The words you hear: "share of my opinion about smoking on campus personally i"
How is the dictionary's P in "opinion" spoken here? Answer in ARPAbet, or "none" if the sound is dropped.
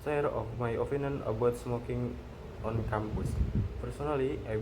F